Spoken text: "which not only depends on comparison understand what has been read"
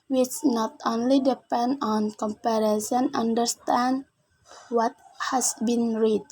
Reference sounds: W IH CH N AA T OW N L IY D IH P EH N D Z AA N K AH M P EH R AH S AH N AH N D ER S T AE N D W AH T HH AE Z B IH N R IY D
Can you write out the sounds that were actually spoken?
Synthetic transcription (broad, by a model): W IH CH N AA T OW N L IY D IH P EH N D AA N K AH M P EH R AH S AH N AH N D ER S T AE N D W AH T HH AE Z B IH N R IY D